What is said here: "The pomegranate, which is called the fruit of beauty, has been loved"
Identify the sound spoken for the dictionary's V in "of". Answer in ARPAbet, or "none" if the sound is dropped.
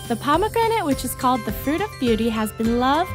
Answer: V